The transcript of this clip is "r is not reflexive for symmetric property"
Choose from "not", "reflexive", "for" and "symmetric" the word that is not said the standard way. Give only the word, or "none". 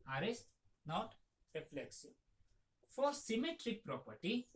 reflexive